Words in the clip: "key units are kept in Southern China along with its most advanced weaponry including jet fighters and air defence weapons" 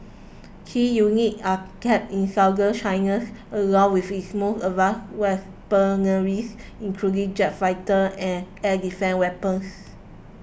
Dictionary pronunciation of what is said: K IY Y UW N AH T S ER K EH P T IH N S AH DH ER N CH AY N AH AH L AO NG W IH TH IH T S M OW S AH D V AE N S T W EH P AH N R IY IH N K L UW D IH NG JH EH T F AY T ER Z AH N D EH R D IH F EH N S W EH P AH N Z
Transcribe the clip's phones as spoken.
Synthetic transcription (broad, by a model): K IY Y UW N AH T AA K EH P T IH N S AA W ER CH AY N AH AH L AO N W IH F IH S M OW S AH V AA S W EH P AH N R IY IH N K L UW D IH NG JH EH T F AY T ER AH N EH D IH F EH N W EH P AH N S